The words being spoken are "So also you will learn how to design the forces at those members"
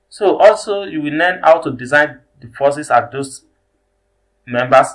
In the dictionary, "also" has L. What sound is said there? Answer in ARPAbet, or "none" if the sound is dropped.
L